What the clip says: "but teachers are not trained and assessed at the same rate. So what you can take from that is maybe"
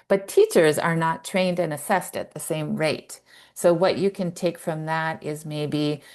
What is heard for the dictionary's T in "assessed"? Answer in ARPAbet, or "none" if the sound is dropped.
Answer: T